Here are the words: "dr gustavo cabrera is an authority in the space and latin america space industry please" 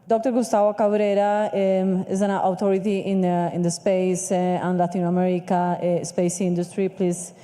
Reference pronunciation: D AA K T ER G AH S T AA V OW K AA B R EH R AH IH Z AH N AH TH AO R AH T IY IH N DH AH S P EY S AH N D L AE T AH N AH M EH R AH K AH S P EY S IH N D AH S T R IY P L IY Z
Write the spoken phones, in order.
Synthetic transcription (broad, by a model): D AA K T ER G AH S T AA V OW K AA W R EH R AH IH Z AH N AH T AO R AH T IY IH N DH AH S P EY S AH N L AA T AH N AH M EH R AH K AH S P EY S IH N D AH S T R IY P L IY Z